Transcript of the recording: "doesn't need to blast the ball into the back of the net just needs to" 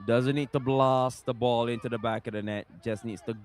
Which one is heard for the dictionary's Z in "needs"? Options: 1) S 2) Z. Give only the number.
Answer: 1